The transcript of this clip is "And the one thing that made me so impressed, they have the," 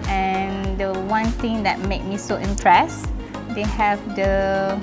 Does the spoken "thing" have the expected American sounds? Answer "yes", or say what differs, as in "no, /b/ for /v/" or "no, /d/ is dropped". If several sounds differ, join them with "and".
no, /t/ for /θ/